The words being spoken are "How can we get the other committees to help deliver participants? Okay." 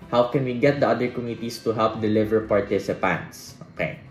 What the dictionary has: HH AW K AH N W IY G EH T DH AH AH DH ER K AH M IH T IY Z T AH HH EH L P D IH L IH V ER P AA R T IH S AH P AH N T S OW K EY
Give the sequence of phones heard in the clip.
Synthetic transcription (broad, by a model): HH AW K AH N W IY G EH T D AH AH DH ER K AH M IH T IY S T AH HH EH L P D IH L IH V ER P AA R T IH S AH P AH N T S OW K EY